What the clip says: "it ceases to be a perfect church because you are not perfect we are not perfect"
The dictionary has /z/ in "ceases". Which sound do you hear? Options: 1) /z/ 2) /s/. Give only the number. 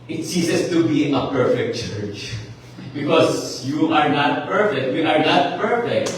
2